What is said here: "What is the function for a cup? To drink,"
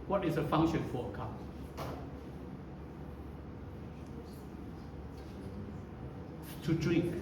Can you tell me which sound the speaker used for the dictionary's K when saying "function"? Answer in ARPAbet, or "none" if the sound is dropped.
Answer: none